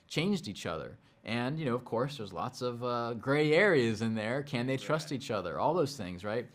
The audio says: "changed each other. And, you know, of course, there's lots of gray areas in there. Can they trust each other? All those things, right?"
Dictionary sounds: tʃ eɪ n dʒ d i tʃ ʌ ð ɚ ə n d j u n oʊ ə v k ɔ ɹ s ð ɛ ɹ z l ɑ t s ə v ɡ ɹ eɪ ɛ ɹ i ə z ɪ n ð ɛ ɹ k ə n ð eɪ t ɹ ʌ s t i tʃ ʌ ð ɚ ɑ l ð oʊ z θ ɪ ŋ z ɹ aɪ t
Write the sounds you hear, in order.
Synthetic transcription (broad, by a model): tʃ eɪ n dʒ d i tʃ ʌ ð ɚ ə n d j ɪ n oʊ ə v k ɔ ɹ s ð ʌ ɹ z l ɑ t s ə v ɡ ɹ eɪ ɛ ɹ i ə z ɪ n ð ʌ ɹ k ə n ð eɪ t ɹ ʌ s t i tʃ ʌ ð ɚ ɑ l ð oʊ z θ ɪ ŋ z ɹ aɪ t